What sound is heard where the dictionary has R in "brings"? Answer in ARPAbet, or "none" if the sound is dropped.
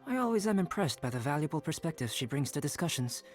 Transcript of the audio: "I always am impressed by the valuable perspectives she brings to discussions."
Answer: R